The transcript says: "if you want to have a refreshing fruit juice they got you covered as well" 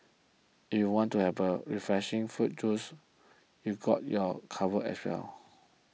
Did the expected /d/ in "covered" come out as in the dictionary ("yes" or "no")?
no